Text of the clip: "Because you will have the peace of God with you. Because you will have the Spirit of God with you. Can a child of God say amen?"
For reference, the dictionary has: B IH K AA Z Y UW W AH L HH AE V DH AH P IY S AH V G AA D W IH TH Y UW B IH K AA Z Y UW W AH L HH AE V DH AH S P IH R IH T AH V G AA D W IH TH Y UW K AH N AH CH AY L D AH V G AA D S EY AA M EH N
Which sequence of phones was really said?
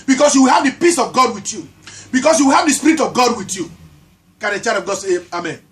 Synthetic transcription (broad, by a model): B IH K AA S Y UW W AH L HH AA V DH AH P IY S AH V G AA D W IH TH Y UW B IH K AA S Y UW W AH L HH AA V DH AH S P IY R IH T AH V G AA D W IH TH Y UW K AH N AH CH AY D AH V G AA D S EY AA M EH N